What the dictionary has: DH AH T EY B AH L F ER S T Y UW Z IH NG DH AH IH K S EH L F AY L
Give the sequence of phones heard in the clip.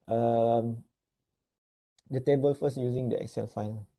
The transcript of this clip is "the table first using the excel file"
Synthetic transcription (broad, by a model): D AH T EY B AH L F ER S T Y UW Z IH NG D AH IH K S EH L F AY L